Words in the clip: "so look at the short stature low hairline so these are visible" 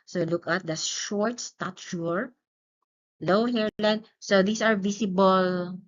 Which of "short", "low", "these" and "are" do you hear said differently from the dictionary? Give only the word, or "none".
these